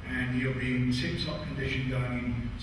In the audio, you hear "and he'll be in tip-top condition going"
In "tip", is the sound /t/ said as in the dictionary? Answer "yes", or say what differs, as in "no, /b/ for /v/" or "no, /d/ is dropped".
no, /s/ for /t/